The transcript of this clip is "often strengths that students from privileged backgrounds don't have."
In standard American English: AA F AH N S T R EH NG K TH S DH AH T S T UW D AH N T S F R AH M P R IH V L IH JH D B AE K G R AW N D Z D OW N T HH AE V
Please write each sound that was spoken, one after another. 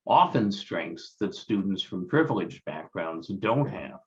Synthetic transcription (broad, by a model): AA F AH N S T R EH NG K TH S DH AH T S T UW D N T S F R AH M P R IH V L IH JH B AE K G R AW N D Z D OW N T HH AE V